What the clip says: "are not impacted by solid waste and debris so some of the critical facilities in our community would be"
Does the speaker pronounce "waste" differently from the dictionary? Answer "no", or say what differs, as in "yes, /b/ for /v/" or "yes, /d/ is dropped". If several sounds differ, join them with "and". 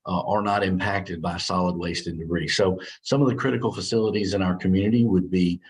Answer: no